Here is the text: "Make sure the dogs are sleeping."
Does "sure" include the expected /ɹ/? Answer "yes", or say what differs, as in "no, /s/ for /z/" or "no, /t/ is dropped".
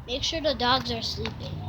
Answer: yes